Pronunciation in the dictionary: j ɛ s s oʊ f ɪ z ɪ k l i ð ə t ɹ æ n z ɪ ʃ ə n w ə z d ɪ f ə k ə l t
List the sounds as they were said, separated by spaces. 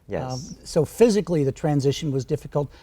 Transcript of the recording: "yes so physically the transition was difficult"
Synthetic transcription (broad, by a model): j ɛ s s oʊ f ɪ z ɪ k l i ð ə t ɹ æ n z ɪ ʃ ə n w ə z d ɪ f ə k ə l t